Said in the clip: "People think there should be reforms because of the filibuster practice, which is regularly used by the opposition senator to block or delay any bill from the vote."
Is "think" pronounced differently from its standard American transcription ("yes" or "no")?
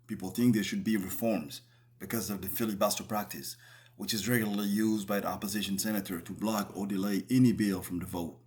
no